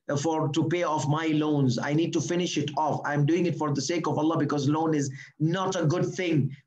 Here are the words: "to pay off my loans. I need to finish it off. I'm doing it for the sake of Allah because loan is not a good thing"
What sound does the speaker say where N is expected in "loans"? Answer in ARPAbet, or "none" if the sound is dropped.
N